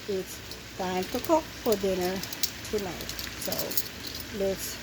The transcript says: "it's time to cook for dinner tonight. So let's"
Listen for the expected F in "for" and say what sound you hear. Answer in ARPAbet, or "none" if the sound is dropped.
F